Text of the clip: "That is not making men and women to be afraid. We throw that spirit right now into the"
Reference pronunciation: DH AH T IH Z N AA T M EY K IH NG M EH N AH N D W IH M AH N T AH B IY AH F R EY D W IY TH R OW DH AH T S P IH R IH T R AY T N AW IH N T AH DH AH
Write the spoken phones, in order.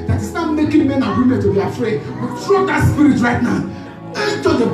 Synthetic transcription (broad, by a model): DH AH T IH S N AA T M EY K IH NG M EH N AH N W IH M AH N T AH B IY AH F R EY D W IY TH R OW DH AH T S P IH R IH T R AY T N AW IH T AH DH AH